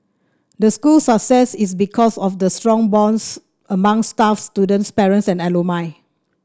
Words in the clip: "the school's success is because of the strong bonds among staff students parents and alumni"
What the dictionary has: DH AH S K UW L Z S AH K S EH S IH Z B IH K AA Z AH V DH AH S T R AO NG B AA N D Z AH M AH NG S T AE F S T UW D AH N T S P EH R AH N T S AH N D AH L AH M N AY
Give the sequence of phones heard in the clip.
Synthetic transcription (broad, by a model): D AH S K UW L S AH K S EH S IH S B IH K AA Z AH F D AH S T R AO NG B AA N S AH M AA NG S T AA F S T UW D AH N T S P EH R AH N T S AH N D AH L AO M AY